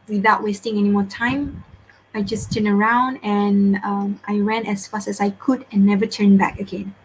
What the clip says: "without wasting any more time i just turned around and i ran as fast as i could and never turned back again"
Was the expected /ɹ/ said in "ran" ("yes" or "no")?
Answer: no